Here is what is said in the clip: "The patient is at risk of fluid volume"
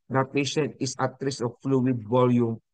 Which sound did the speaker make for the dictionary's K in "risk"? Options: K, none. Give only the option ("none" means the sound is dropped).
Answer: none